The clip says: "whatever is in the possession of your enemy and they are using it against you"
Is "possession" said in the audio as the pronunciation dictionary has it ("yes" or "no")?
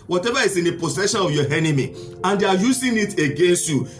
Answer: no